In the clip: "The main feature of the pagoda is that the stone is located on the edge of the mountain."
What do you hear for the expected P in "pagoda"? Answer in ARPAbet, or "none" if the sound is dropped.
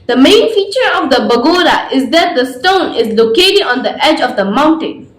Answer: B